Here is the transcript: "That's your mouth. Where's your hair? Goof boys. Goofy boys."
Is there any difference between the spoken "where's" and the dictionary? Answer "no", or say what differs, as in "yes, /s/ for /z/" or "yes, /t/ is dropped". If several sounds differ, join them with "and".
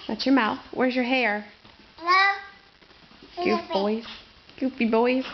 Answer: no